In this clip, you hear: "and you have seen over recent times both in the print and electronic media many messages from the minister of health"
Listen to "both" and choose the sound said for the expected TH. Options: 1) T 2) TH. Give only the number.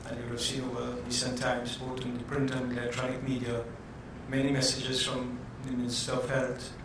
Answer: 1